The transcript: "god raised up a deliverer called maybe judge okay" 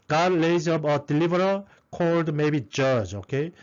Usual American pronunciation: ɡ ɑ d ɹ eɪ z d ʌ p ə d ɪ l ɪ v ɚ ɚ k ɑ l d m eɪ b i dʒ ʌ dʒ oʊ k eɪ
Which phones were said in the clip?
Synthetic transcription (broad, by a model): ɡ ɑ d l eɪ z ʌ b ə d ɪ l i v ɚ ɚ k ɑ l d m eɪ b i dʒ ʌ dʒ oʊ k eɪ